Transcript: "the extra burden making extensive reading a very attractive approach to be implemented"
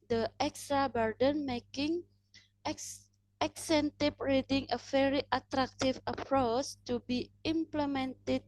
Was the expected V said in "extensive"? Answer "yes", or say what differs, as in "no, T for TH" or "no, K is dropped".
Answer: no, P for V